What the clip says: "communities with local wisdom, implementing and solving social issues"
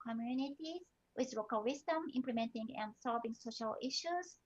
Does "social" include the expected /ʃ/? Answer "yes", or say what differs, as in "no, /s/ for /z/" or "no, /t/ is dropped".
yes